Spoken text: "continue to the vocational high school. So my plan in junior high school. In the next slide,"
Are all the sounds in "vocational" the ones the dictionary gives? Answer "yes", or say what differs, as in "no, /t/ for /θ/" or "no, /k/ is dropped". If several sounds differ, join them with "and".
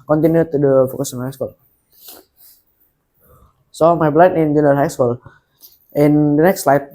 no, /f/ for /v/ and /s/ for /ʃ/